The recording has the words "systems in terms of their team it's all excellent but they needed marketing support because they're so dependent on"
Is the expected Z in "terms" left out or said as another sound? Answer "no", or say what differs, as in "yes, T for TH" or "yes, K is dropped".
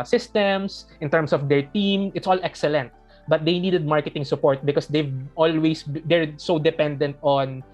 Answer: yes, S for Z